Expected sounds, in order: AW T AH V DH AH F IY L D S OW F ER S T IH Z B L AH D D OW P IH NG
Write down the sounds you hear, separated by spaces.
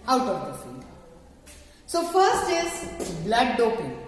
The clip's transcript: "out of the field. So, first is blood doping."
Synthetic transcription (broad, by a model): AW T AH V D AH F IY D S OW F ER S T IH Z B L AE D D OW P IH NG